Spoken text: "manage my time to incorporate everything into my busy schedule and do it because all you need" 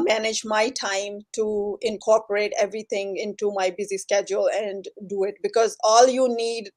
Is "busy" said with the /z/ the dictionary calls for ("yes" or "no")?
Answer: yes